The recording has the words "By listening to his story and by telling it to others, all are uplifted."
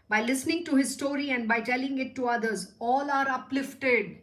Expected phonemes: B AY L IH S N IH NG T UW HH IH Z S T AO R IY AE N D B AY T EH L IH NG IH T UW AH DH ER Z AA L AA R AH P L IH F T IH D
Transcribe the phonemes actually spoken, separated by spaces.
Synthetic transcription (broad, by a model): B AY L IH S N IH NG T UW HH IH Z S T AO R IY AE N D B AY T EH L IH NG IH T UW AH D ER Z AA L AA R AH P L IH F T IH D